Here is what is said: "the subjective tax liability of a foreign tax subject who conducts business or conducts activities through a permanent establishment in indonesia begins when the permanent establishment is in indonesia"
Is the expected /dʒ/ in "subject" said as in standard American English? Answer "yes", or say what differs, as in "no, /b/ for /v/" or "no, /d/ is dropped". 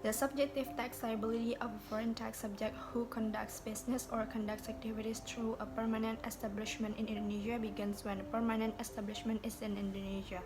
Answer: yes